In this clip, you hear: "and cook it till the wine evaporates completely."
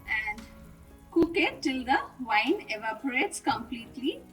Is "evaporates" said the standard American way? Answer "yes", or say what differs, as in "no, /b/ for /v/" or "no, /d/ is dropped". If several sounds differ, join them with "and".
yes